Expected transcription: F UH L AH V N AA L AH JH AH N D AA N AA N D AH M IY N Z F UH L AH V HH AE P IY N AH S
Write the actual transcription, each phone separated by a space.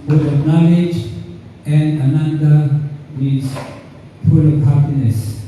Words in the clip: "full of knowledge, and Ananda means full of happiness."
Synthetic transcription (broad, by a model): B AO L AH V N AA L AH JH AH N D AA N AA N D AH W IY Z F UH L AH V HH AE P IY N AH S